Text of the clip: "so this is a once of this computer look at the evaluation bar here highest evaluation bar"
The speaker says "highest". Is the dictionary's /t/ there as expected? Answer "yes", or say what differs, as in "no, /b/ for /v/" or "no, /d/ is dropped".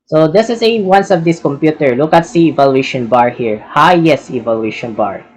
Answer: no, /t/ is dropped